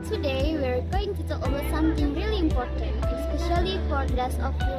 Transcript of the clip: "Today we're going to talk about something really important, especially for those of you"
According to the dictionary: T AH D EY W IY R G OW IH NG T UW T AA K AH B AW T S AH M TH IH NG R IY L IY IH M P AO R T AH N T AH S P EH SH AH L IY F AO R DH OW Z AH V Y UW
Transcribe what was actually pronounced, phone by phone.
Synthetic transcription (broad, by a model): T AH D EY W IY R G OW IH NG T UW T AA K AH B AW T S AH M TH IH NG R IY L IY IH M P AO R T AH N T AH S P EH SH AH L IY F AO R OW S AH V